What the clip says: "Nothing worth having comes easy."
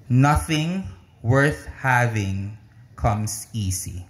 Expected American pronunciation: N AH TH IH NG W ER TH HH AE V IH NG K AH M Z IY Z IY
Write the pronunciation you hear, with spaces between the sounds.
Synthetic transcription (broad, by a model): N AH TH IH NG W ER TH HH AE V IH NG K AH M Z IY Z IY